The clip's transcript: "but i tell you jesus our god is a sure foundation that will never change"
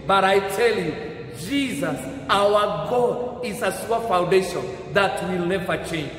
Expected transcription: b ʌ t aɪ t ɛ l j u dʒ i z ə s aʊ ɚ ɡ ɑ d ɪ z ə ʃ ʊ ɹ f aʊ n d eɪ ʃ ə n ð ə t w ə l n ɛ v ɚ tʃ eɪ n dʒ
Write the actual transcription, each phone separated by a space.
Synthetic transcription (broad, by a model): b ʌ t aɪ t ɛ l j u dʒ i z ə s aʊ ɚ ɡ ɑ d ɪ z ə s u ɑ f aʊ n d eɪ ʃ ə n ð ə t w ə l n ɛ v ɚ tʃ eɪ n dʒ